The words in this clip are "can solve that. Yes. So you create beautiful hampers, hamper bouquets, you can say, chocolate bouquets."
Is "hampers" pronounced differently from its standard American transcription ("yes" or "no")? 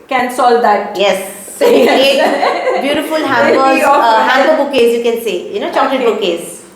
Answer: yes